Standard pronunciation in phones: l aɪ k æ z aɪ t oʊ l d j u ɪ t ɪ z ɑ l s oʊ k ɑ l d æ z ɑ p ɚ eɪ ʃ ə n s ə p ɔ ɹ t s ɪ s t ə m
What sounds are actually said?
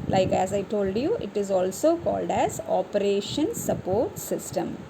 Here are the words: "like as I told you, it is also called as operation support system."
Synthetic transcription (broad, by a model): l aɪ k æ z aɪ t oʊ l d j u ɪ t ɪ z ɑ l s oʊ k ɑ l d æ z ɑ p ɚ eɪ ʃ ə n s ə p ɔ ɹ t s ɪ s t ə m